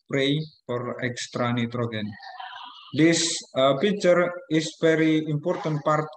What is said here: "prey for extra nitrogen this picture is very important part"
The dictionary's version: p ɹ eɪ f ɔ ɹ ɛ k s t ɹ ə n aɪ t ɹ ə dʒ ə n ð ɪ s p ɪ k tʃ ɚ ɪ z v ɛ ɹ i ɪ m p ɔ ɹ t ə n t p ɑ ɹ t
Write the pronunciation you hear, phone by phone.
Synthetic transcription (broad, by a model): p ɹ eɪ f ɔ ɹ ɛ k s t ɹ ə n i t ɹ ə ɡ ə n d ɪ s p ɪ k tʃ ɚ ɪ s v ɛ ɹ i ɪ m p ɔ ɹ t ə n t p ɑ ɹ t